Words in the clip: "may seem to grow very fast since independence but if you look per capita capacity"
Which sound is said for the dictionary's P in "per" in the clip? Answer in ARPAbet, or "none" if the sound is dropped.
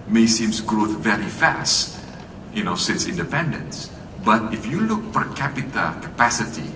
F